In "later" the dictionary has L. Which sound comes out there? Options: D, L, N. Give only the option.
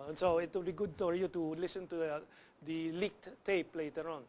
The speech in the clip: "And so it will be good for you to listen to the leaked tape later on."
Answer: L